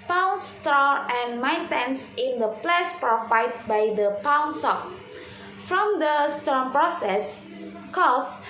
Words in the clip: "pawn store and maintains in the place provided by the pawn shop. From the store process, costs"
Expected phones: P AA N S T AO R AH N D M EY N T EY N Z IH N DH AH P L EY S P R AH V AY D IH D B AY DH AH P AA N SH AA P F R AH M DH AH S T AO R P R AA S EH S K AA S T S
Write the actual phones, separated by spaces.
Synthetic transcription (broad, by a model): P AA N S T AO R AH N M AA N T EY N S IH N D AH P L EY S P R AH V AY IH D B AY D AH P AA N S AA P F R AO M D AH S T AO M P R AA S EH S K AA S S